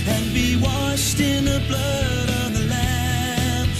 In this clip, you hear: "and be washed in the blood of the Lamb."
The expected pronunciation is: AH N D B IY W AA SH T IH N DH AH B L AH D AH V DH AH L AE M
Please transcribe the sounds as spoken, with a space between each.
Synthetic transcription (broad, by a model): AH N B IY W AA SH T IH N DH AH B L AH D AH V DH AH L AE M